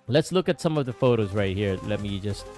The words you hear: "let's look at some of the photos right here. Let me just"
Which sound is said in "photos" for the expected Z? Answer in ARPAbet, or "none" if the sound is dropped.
Z